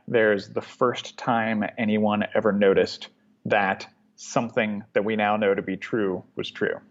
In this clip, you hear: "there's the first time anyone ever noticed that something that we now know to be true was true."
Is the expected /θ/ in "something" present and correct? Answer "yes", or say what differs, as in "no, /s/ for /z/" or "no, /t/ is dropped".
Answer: yes